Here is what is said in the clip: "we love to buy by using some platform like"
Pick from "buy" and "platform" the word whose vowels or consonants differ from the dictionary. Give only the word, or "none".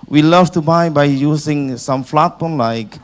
platform